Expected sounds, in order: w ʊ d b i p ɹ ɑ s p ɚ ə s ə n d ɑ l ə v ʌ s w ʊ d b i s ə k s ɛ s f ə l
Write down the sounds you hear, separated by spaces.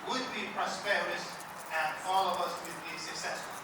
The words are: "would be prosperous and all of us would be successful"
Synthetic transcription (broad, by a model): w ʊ d b i p ɹ ɑ s p ɚ ə s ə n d ɑ l ə v ʌ s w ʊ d b i s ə k s ɛ s f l